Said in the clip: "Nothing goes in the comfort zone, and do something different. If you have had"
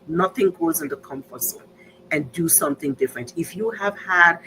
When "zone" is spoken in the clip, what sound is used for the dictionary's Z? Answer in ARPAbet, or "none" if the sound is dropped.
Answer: S